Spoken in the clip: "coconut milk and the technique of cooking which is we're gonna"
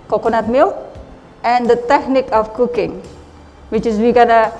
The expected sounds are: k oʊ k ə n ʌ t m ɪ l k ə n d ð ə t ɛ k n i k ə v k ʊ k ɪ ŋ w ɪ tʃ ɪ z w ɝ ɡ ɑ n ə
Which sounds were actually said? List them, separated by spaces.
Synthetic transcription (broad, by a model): k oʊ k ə n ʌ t m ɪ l ə n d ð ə t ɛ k n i k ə f k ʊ k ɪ ŋ w ɪ tʃ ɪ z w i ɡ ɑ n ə